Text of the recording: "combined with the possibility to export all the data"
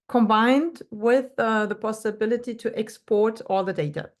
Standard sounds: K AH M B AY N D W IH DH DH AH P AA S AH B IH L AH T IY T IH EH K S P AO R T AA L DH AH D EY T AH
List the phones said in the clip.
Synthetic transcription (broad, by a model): K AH M B AY N D W IH DH DH AH P AA S AH B IH L AH T IY T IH EH K S P AO R T AA L DH AH D EY T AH